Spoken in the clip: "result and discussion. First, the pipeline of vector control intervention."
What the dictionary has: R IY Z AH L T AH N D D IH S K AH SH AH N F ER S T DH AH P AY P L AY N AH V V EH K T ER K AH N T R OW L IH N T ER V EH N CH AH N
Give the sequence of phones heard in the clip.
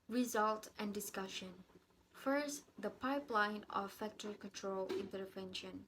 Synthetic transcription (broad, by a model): R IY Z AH L T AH N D D IH S K AH SH AH N F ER S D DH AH P AY P L AY N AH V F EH K T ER K AH N T R OW L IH N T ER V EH N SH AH N